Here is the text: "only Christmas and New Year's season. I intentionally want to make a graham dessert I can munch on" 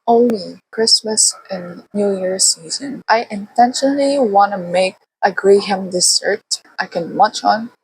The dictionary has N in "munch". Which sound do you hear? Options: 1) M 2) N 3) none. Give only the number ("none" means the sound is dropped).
3